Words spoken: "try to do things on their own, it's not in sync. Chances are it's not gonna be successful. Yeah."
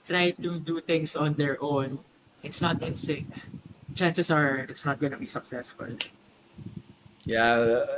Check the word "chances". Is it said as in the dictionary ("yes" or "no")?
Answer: no